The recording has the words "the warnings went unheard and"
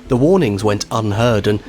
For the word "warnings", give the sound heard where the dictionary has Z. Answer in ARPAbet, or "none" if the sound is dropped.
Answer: Z